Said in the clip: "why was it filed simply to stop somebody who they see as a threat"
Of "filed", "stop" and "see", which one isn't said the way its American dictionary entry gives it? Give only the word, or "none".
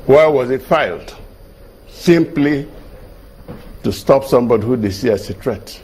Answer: none